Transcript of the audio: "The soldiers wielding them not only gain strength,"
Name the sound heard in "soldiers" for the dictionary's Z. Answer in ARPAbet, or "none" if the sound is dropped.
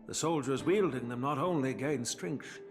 Z